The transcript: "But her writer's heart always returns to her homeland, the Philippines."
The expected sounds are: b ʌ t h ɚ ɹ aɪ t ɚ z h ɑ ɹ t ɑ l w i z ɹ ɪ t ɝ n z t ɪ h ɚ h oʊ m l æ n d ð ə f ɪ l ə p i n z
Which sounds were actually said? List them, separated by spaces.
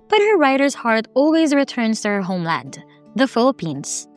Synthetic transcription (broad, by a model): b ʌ t h ɚ ɹ aɪ t ɚ z h ɑ ɹ t ɑ l w i z ɹ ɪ t ɝ n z t ɪ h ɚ h oʊ m l æ n d ð ə f ɪ l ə p i n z